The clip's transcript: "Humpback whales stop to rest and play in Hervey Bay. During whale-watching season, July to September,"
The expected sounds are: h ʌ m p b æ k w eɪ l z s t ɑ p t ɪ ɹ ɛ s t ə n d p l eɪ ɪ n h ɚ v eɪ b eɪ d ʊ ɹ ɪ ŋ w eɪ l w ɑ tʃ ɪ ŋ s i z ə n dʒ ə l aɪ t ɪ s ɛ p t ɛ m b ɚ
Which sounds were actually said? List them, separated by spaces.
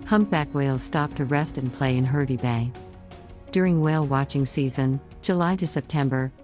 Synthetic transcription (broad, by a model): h ʌ m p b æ k w eɪ l z s t ɑ p t ɪ ɹ ɛ s t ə n p l eɪ ɪ n h ɚ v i b eɪ d ʊ ɹ ɪ ŋ w eɪ l w ɑ tʃ ɪ ŋ s i z ə n dʒ ə l aɪ t ɪ s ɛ p t ɛ m b ɚ